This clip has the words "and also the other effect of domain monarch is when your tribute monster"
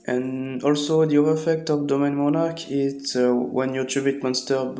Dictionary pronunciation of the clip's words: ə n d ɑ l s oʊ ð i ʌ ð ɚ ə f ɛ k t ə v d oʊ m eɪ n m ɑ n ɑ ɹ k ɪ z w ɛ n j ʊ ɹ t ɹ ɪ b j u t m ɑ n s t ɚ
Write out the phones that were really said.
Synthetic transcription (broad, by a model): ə n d ɑ l s oʊ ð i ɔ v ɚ ə f ɛ k t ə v d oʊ m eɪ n m ɑ n ɑ ɹ k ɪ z w ɛ n j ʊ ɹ t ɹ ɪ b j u t m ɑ n s t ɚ